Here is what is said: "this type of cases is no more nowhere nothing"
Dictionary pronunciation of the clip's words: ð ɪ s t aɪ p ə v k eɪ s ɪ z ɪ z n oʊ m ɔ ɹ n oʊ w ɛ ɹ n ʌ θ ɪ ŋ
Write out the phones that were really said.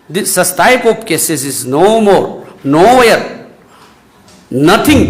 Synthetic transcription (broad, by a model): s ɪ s t aɪ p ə p k eɪ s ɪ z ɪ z n oʊ m ɔ ɹ n oʊ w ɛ ɹ n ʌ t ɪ ŋ